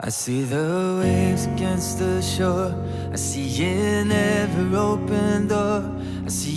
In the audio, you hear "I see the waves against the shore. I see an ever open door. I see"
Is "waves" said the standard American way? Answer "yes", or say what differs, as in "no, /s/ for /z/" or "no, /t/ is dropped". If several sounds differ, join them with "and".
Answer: no, /v/ is dropped